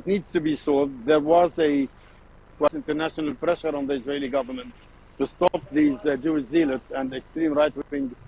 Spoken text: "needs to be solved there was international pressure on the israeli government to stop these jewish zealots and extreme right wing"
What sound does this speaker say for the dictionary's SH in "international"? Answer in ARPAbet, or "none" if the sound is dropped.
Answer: SH